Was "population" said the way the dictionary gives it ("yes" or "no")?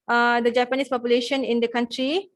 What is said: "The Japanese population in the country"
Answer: yes